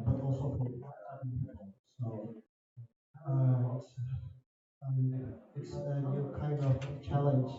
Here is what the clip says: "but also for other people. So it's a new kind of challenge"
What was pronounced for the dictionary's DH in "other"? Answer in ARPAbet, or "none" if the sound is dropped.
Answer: none